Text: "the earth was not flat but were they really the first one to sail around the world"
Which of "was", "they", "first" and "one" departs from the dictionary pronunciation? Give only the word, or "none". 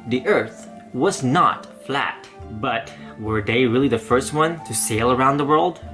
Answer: none